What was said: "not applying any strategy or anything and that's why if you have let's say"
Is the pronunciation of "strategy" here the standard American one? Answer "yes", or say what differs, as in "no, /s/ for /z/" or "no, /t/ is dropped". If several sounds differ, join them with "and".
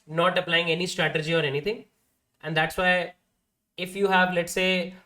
yes